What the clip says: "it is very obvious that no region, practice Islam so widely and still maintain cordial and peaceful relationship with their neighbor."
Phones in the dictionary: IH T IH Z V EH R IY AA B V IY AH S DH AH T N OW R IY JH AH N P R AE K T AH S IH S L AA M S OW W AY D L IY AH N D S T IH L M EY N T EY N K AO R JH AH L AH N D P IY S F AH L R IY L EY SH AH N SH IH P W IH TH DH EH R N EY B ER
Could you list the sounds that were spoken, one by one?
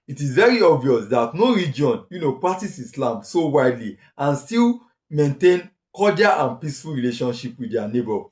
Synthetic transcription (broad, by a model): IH T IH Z V EH R IY AA B V IY AH S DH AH T N OW R IY JH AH N P R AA K T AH S IH S L AA M S OW W AY D L IY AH N S T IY L M EY N T EY N K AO JH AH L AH N P IY S F AH L R IY L EY SH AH N SH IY P W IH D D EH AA N EY B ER